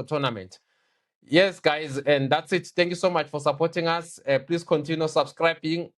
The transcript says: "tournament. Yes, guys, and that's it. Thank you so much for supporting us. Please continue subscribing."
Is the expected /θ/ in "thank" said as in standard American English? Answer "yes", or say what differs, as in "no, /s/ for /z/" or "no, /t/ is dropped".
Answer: no, /t/ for /θ/